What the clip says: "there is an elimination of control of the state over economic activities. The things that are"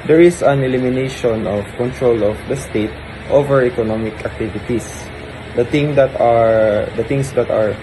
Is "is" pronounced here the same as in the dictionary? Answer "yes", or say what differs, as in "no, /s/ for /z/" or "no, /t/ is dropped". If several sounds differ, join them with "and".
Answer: no, /s/ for /z/